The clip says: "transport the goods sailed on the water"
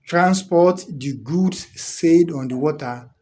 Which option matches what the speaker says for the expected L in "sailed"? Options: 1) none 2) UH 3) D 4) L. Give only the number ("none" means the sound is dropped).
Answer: 1